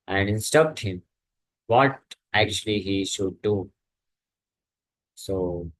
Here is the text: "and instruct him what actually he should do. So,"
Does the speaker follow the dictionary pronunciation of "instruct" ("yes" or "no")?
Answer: no